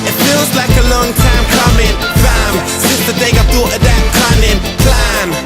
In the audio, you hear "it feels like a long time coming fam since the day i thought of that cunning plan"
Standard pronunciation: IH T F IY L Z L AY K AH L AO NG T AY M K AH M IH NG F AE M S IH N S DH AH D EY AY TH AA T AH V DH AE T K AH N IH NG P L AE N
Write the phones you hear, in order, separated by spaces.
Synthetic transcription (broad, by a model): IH T F IY L Z L AY K AH L AO NG T AY M K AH M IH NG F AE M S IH S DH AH D EY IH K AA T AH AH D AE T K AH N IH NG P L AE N